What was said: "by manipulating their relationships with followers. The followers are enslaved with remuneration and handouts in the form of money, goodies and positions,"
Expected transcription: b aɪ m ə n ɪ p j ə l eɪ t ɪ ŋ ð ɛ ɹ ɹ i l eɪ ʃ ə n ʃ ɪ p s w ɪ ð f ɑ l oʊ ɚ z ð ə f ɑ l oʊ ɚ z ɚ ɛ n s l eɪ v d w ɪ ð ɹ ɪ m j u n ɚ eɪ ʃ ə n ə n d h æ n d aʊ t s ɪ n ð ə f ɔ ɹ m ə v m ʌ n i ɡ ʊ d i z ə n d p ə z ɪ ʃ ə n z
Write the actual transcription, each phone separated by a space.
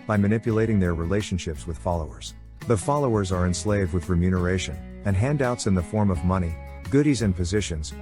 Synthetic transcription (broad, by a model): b aɪ m ə n ɪ p j ə l eɪ t ɪ ŋ ð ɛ ɹ ɹ i l eɪ ʃ ə n ʃ ɪ p s w ɪ ð f ɑ l oʊ ɚ z ð ə f ɑ l oʊ ɚ z ɚ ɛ n s l eɪ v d w ɪ ð ɹ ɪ m j u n ɚ eɪ ʃ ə n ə n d h æ n d aʊ t s ɪ n ð ə f ɔ ɹ m ə v m ʌ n i ɡ ʊ d i z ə n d p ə z ɪ ʃ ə n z